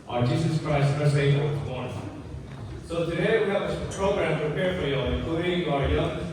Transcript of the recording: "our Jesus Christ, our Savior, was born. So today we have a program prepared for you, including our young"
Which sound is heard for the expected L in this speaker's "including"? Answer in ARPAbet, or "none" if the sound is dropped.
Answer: none